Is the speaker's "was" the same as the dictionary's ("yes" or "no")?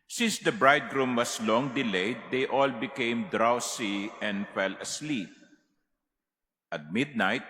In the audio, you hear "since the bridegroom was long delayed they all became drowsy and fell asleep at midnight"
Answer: no